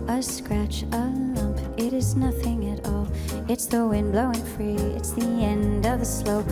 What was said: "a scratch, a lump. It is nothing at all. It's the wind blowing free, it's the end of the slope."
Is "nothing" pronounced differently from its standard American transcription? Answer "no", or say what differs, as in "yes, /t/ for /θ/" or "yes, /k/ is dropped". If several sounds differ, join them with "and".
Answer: no